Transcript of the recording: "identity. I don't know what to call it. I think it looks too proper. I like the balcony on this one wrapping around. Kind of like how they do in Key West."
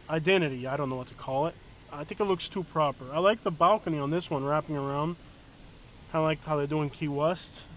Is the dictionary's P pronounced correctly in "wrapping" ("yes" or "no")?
yes